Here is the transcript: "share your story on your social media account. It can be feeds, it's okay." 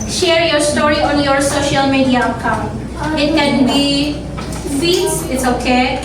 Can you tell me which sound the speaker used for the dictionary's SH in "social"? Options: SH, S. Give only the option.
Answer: SH